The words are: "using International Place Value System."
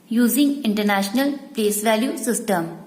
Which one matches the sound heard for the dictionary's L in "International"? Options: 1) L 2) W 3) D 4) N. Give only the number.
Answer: 1